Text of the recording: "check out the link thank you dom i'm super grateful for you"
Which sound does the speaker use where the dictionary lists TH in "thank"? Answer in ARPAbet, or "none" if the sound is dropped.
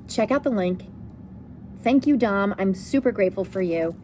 TH